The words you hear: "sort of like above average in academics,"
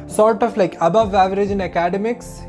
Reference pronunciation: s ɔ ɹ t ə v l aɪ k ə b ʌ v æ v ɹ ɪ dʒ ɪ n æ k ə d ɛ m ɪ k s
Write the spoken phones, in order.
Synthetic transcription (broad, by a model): s ɔ ɹ t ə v l aɪ k ə b ʌ v æ v ɹ ɪ dʒ ɪ n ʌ k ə d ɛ m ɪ k s